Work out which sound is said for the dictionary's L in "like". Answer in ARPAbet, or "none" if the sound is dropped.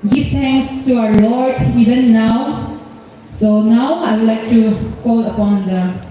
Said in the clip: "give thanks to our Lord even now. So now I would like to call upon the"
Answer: L